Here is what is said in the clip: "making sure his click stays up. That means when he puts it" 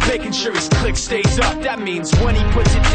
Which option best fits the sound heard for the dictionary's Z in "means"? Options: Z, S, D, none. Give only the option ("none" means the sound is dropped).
Z